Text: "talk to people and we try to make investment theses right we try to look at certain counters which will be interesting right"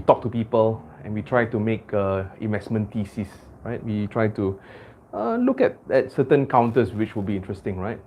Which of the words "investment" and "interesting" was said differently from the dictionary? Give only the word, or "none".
none